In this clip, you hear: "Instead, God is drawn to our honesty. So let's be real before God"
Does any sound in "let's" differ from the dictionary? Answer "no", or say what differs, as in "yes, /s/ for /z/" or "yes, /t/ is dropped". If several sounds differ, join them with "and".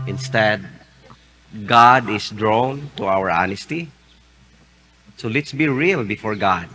no